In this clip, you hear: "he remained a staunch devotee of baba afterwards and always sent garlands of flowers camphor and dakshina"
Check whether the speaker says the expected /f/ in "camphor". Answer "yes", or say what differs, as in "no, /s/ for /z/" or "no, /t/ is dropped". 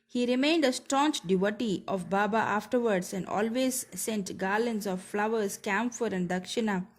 yes